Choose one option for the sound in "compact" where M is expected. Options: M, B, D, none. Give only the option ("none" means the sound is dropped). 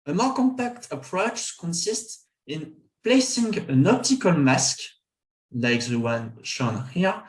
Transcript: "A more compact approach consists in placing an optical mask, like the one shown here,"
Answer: M